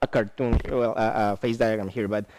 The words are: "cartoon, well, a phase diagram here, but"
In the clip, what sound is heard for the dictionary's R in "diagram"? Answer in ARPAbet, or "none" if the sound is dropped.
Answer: none